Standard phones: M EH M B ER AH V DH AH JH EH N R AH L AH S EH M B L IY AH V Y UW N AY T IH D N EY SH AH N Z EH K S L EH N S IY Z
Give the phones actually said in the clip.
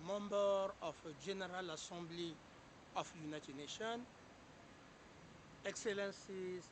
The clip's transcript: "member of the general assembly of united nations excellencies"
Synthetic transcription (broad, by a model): M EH M B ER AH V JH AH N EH R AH L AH S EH M B L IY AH F Y UW N AY T IH D N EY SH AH N EH K S L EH N S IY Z